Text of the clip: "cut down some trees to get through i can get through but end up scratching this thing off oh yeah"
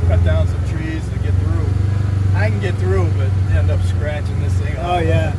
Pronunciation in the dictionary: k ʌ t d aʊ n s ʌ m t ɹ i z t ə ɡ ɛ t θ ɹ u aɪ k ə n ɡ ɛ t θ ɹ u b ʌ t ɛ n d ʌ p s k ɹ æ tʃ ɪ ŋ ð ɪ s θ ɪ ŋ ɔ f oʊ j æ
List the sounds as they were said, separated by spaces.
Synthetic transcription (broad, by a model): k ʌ t d aʊ n s ʌ m t ɹ i z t ɡ ɛ t θ ɹ u aɪ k n ɡ ɛ t θ ɹ u b ʌ t ɛ n d ʌ p s k ɹ æ tʃ ɪ ŋ ð ɪ s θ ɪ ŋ ɔ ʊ j æ